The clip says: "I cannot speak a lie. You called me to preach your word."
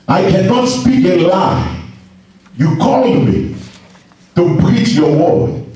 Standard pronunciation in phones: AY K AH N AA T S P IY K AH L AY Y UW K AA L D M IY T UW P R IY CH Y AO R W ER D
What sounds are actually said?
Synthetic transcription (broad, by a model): AY K AH N AA T S P IY K AH L AY Y UW K AA L D M IY T UW B R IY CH Y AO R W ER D